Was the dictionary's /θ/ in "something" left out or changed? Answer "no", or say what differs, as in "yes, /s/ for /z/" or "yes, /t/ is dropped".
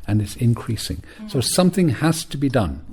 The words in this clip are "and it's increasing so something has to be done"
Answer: no